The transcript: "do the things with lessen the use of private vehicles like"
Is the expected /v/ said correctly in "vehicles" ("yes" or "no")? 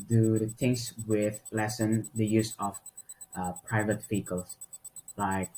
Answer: no